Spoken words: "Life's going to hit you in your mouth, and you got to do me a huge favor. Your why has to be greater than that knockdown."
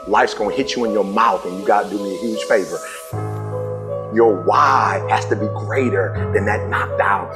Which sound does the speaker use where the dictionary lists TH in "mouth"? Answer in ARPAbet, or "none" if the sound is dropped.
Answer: TH